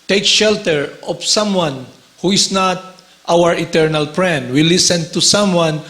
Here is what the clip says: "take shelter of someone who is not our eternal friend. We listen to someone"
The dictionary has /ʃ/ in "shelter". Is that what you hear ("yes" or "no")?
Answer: yes